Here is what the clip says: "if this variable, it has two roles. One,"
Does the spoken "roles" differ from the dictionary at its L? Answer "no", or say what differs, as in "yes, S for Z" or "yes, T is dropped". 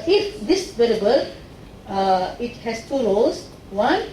yes, L is dropped